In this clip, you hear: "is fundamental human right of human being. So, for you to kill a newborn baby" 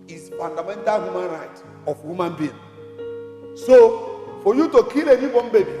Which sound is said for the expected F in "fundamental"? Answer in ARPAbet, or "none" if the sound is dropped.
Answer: P